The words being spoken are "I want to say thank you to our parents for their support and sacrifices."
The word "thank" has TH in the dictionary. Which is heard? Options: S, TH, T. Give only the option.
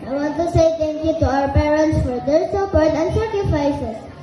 T